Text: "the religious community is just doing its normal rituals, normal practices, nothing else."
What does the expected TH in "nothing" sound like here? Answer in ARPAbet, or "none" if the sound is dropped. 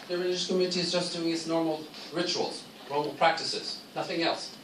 TH